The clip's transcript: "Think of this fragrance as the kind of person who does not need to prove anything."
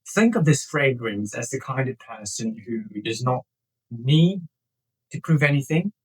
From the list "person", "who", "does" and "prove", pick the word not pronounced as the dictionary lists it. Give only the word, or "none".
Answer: none